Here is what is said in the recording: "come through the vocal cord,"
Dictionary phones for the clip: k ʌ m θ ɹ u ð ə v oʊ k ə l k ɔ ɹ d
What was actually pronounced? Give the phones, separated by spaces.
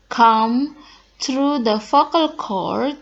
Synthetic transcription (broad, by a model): k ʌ m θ ɹ u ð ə f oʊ k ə l k ɔ ɹ